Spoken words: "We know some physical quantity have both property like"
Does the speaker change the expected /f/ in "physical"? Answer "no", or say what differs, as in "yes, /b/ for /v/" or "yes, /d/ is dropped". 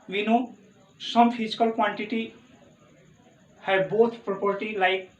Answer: yes, /p/ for /f/